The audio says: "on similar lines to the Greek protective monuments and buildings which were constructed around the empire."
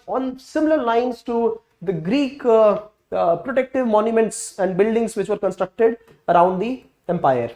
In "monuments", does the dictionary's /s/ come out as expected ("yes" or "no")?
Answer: yes